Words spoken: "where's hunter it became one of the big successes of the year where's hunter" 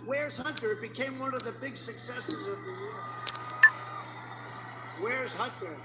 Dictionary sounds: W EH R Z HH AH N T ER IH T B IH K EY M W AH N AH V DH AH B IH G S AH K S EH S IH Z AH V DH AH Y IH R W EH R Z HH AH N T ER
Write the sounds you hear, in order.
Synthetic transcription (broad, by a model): W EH R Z HH AH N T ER IH T B IH K EY M W AH N AH V DH AH B IH G S AH K S EH S IH Z AH V DH AH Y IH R W EH R Z HH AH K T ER